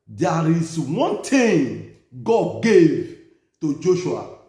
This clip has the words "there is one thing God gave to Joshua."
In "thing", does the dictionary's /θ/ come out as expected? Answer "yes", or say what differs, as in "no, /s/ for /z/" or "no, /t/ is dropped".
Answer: no, /t/ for /θ/